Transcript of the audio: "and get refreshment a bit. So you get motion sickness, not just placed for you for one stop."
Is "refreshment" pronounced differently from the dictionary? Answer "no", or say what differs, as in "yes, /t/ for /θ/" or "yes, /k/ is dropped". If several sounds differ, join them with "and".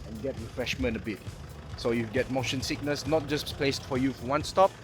no